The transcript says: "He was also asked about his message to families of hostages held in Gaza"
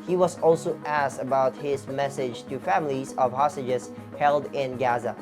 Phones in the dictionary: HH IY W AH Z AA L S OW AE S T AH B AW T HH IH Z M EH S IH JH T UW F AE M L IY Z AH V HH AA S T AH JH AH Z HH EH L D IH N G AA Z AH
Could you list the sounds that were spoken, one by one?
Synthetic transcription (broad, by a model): HH IY W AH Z AA L S OW AE S T AH B AW T HH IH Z M EH S IH JH T UW F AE M L IY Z AH V HH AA S T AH JH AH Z HH EH L D IH N G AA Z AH